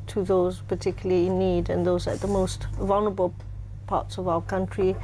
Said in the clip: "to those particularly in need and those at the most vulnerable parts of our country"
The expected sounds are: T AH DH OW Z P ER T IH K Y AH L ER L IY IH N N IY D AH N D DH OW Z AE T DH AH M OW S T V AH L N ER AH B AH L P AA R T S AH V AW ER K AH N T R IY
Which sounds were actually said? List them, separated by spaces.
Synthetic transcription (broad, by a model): T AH DH OW Z P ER T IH K Y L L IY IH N N IY D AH N DH OW Z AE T DH AH M OW S T V AH L N ER AH B AH L P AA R T S AH V AW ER K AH N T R IY